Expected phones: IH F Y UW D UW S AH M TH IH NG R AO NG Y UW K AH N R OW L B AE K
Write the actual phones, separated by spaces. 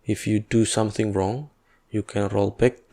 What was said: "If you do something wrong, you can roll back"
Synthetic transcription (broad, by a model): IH F Y UW D UW S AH M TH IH NG R AO NG Y UW K AH N R OW L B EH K